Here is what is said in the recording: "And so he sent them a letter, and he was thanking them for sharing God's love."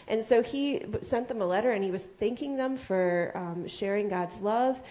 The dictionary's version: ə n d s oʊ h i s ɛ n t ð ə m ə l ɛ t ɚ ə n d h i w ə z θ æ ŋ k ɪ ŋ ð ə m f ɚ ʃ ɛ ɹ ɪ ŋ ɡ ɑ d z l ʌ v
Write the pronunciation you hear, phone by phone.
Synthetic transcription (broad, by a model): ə n s oʊ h i s ɛ n ð ə m ə l ɛ t ɚ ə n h i w ə z θ æ ŋ k ɪ ŋ ð ə m f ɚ ʃ ɛ ɹ ɪ ŋ ɡ ɑ d z l ʌ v